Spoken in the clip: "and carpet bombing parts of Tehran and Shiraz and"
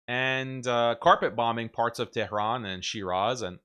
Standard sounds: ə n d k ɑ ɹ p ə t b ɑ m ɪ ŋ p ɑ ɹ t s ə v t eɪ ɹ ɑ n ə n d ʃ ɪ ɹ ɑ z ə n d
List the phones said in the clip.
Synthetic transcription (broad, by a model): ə n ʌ k ɑ ɹ p ə t b ɑ m ɪ ŋ p ɑ ɹ t s ə v t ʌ ɹ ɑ n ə n ʃ ɪ ɹ ɑ z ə n